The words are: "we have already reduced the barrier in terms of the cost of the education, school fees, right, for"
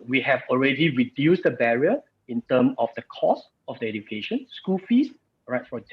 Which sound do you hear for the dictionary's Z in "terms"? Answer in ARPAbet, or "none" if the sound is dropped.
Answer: none